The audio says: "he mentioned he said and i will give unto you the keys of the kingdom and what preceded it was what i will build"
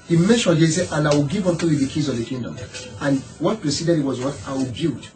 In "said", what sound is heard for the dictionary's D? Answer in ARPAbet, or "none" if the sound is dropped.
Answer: none